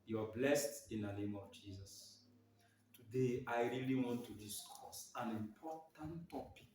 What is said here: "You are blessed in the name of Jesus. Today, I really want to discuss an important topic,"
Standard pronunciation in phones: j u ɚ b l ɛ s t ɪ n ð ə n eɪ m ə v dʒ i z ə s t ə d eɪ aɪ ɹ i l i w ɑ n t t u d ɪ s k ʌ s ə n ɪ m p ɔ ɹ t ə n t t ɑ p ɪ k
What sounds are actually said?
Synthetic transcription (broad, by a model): j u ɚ b l ɛ s t ɪ n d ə n eɪ m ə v dʒ i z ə s t ə d eɪ aɪ ɹ i l i w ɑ n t t u d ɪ s k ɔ s ə n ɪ m p ɔ t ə n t t ɑ p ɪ k